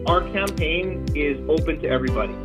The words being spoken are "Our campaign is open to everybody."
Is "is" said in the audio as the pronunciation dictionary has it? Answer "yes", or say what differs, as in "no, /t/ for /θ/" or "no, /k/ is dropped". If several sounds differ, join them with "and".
yes